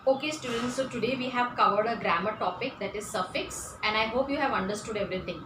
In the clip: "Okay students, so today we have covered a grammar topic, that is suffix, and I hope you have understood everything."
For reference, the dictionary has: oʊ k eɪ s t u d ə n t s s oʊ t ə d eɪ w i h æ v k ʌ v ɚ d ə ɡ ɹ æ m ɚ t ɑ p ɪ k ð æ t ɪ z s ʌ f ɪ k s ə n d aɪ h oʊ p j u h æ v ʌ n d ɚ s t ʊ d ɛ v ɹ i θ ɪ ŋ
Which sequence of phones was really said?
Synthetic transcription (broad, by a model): oʊ k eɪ s t u d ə n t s s oʊ t ə d eɪ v i h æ v k ʌ v ɚ d ə ɡ ɹ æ m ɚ t ɑ p ɪ k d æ t ɪ z s ʌ f ɪ k s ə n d aɪ h oʊ p j u h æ v ʌ n d ɚ s t ʊ d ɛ v ɹ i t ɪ ŋ